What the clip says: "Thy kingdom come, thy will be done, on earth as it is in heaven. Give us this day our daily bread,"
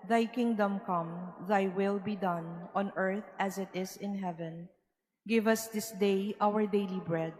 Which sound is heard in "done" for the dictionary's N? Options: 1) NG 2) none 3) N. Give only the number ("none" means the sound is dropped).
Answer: 3